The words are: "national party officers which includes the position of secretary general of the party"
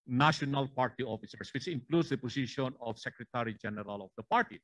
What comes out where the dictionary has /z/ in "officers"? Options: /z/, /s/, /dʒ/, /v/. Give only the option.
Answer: /s/